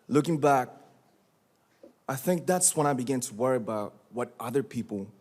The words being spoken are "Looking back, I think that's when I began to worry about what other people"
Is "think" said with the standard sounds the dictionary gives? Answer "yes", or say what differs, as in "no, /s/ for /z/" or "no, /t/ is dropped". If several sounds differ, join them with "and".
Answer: yes